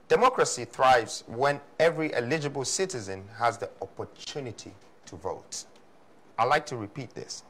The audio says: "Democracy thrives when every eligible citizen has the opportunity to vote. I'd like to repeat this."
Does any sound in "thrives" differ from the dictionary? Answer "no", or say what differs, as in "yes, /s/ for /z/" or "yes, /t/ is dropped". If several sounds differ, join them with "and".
no